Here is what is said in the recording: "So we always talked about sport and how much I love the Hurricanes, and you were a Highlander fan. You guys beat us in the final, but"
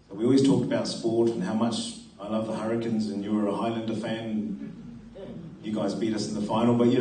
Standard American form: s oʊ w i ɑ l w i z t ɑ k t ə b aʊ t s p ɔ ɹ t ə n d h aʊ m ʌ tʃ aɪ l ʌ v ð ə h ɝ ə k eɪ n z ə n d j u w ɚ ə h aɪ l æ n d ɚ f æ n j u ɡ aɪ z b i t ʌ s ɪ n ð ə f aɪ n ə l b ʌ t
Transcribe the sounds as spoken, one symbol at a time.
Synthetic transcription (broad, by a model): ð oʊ w i ɑ l w i z t ɑ k t ə b aʊ t s p ɔ ɹ t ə n h aʊ m ʌ tʃ aɪ l ʌ v ð ə h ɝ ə k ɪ n z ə n j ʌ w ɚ ə h aɪ l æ n d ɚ f æ n j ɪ ɡ aɪ z b i t ʌ s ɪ n ð ə f aɪ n l b ʌ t